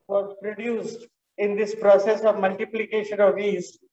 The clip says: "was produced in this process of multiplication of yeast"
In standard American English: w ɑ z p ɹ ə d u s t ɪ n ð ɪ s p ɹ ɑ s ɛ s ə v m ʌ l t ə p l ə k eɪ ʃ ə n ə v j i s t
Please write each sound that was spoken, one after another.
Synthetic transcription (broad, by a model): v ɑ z p ɹ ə d u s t ɪ n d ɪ s p ɹ ɑ s ɛ s ə v m ʌ l t ə p l ə k eɪ ʃ ə n ə v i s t